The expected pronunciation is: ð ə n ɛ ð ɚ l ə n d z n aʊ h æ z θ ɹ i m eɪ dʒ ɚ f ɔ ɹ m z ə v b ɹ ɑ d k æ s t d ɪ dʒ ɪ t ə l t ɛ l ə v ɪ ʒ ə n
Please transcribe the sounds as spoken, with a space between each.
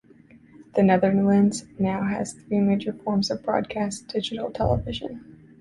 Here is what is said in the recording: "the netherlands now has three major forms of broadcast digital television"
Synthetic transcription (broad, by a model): ð ə n ɛ ð ɚ l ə n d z n aʊ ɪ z θ ɹ i m eɪ dʒ ɚ f ɔ ɹ m z ə v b ɹ ɑ d k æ s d ɪ dʒ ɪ t l t ɛ l ə v ɪ ʒ ə n